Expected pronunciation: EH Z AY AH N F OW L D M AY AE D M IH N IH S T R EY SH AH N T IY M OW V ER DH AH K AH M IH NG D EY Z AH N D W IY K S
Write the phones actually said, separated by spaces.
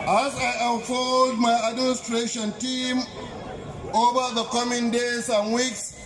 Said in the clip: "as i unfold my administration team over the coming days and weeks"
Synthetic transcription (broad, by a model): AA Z AY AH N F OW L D M AY AE D M IH N IH S T R EY SH AH N T IY M OW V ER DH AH K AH M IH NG D EY S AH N W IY K S